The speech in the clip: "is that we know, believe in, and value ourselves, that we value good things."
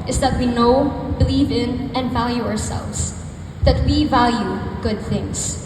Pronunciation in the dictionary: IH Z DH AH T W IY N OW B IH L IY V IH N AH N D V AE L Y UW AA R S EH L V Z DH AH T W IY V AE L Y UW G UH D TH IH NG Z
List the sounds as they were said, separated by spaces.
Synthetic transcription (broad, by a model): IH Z DH AH T W IY N OW B IH L IY V IH N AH N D V AE L Y UW AA R S EH L V Z DH AH T W IY V AE L Y UW G UH D TH IH NG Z